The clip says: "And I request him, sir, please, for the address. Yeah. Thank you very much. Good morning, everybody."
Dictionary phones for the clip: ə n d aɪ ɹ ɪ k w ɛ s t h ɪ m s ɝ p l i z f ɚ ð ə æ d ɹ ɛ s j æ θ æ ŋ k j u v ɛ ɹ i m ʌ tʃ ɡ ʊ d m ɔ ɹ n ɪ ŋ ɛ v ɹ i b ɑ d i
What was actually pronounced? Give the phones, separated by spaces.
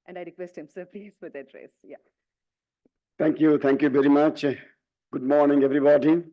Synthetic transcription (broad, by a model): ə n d aɪ ɹ ɪ k w ɛ s t h ɪ m s ɝ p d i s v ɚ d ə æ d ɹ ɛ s j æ t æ ŋ k j u v ɛ ɹ i m ʌ tʃ ɡ ʊ d m ɔ ɹ n ɪ ŋ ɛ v ɹ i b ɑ d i